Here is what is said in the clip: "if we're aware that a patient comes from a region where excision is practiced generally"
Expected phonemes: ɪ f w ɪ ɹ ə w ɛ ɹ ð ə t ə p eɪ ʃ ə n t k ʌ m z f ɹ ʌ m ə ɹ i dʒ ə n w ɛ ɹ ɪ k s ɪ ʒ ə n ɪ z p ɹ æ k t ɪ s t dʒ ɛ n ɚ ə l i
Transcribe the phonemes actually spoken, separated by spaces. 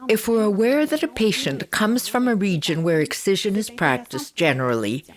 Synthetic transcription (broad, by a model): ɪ f w ɪ ɹ ə w ɛ ɹ ð ə t ə p eɪ ʃ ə n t k ʌ m z f ɹ ʌ m ə ɹ i dʒ ə n w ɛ ɹ ɪ k s ɪ ʒ ə n ɪ z p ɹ æ k t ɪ s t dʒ ɛ n ɚ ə l i